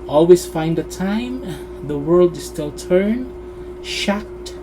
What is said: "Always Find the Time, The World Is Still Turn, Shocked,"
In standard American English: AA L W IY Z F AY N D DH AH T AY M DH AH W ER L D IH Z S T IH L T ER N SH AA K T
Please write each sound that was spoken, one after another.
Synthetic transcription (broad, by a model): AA L W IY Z F AY N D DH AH T AY M DH AH W ER L D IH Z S T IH L T ER N SH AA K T